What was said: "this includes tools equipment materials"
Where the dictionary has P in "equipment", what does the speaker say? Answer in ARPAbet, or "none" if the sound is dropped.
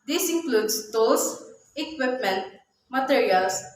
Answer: P